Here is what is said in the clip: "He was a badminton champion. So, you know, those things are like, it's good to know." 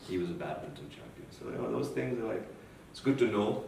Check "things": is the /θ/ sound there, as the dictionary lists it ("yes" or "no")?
yes